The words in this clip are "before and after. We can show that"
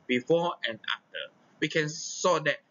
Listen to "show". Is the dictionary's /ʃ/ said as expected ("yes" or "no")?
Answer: no